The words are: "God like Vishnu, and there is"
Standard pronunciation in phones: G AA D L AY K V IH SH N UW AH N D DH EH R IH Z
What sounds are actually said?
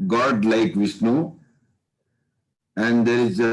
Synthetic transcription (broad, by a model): G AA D L AY K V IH S N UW AH N D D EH R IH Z